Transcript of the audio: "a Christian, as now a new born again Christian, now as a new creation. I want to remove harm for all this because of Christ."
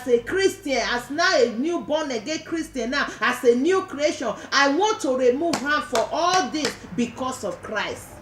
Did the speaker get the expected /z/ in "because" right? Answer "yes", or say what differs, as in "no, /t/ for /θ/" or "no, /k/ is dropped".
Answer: no, /s/ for /z/